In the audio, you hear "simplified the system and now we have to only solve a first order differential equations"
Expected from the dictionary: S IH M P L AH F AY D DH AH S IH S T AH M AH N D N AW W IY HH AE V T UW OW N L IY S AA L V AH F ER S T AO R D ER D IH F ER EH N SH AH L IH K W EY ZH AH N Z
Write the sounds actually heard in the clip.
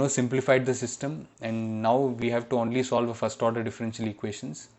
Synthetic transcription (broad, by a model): S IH M P L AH F AY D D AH S IH S T AH M AH N D N AW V IY HH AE V T UW OW N L IY S AA L V AH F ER S T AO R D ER D IH F ER EH N SH AH L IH K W EY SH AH N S